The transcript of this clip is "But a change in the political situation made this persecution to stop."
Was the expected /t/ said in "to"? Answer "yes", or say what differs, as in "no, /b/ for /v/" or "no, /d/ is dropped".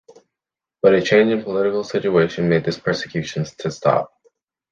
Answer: yes